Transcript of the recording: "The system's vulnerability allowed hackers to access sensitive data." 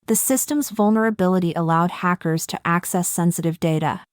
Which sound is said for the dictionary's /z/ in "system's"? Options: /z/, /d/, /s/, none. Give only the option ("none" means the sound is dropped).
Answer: /z/